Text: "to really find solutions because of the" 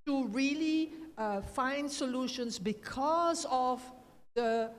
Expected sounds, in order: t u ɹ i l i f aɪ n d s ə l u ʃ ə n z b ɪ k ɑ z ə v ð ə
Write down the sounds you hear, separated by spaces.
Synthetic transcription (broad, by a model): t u ɹ i l i f aɪ n d s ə l u ʃ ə n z b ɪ k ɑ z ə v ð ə